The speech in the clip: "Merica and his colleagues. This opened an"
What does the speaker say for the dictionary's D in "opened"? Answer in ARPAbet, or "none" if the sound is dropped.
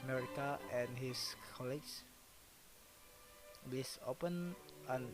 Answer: none